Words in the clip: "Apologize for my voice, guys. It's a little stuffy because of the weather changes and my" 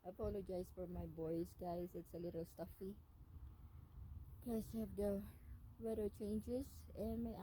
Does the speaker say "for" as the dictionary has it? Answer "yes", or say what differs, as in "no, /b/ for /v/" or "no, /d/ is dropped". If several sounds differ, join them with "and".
yes